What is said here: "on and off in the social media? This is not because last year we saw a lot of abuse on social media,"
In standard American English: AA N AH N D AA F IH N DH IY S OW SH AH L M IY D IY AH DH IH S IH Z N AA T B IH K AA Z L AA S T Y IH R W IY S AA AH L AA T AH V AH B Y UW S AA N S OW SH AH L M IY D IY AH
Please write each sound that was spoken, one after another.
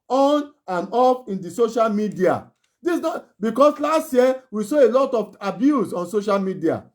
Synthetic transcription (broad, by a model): AA N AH N AA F IH N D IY S OW SH AH L M IY D IY AH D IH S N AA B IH K AA S L AA S T Y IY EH W IY S AA AH L AA T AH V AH B Y UW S AA N S OW SH AH L M IY D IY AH